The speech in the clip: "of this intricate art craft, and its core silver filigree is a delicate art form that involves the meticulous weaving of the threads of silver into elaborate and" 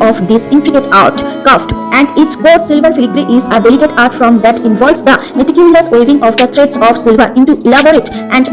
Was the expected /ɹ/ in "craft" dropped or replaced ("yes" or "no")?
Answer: yes